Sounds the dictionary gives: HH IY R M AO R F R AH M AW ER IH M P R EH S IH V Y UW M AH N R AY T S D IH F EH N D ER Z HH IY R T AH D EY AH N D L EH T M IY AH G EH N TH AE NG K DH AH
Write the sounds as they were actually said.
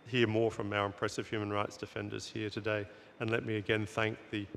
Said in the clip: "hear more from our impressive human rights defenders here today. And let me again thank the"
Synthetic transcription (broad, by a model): HH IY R M AO R F R AH M AW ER IH M P R EH S IH V Y UW M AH N R AY T S D IH F EH N D ER Z HH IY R T AH D EY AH N L EH T M IY AH G EH N TH AE NG K DH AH